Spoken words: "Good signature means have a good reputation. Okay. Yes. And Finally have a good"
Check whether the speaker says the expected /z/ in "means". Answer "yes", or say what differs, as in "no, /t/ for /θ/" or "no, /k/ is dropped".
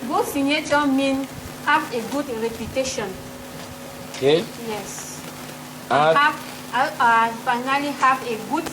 no, /z/ is dropped